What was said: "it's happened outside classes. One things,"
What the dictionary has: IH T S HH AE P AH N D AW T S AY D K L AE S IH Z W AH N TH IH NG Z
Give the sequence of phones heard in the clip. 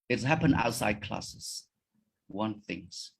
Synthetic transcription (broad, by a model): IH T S HH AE P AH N AW T S AY D K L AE S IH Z W AH N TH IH NG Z